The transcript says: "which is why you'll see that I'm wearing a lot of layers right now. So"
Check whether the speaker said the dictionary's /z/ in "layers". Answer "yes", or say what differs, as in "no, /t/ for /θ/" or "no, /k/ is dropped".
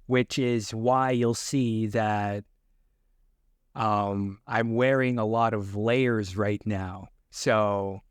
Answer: yes